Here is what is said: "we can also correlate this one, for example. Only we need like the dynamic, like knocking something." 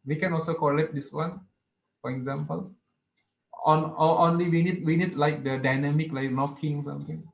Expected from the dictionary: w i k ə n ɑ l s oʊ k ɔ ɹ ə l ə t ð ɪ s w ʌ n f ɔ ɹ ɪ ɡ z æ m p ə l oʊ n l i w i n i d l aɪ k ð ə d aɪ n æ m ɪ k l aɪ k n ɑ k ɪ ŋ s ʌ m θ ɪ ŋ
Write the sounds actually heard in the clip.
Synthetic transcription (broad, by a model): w i k ə n ɑ l s oʊ k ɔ l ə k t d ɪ s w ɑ n f ɔ ɹ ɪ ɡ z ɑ m p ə l oʊ n l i w i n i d l aɪ k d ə d aɪ n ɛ m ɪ k l aɪ k n ɑ k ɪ ŋ s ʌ m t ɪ ŋ